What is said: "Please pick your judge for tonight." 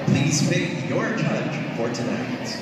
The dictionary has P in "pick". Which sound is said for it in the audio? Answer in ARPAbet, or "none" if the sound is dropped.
F